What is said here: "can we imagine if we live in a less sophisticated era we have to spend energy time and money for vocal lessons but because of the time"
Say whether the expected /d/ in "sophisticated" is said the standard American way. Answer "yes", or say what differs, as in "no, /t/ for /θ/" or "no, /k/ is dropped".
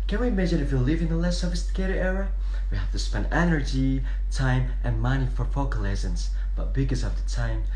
no, /d/ is dropped